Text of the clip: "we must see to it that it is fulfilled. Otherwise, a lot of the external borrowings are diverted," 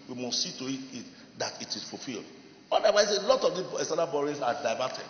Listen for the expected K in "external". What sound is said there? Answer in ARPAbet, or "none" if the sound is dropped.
none